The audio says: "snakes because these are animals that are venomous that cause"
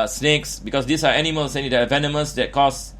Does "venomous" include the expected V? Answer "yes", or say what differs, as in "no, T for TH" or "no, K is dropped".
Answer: yes